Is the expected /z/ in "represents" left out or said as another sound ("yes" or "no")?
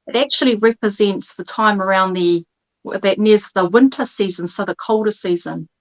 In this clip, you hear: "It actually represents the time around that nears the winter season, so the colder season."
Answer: no